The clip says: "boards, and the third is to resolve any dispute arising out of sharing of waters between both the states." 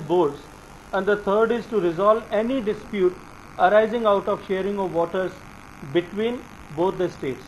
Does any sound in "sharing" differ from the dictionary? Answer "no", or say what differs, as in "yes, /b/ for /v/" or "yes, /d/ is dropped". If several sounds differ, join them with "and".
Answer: no